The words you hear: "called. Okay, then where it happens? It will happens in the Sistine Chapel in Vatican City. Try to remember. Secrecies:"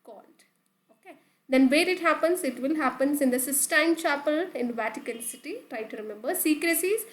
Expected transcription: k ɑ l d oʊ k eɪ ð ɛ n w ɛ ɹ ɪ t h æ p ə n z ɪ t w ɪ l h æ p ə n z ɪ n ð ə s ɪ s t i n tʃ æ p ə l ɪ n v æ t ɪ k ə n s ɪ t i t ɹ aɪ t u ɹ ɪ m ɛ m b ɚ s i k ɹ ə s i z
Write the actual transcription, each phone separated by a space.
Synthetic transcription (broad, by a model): k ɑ l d oʊ k eɪ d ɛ n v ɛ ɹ ɪ t h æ p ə n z ɪ t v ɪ l h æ p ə n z ɪ n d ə s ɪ s t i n tʃ æ p ə l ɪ n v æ t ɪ k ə l s ɪ t i t ɹ aɪ t u ɹ ɪ m ɛ m b ɚ s i k ɹ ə s i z